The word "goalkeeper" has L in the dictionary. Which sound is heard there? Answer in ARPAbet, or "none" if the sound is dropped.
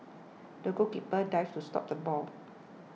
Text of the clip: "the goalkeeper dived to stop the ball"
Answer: none